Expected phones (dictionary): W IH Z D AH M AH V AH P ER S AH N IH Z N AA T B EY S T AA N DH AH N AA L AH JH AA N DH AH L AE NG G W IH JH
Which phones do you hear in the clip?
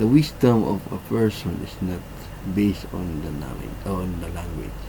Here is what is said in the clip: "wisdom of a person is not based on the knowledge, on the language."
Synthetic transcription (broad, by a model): W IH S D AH M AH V AH P ER S AH N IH S N AA T B EY S T AA N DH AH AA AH AA N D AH L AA NG G W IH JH